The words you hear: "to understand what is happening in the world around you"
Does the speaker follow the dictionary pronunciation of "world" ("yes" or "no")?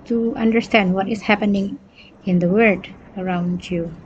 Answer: no